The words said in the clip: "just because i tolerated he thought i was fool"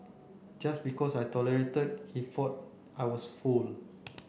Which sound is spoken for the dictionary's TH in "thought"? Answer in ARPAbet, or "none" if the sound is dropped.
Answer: F